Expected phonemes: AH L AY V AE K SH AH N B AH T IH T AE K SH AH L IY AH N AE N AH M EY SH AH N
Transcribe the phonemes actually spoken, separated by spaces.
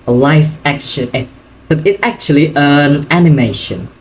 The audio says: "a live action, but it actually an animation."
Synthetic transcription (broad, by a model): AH L AY F AE K SH AH N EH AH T IH T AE K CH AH L IY AH N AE N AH M EY SH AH N